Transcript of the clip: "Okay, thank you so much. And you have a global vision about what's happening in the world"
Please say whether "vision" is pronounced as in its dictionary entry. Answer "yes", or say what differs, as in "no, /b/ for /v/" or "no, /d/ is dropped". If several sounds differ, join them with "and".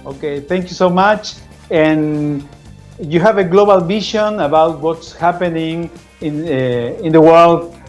no, /ʃ/ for /ʒ/